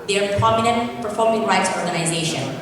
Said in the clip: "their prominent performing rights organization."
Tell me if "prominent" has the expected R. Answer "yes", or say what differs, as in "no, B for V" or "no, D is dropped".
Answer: no, R is dropped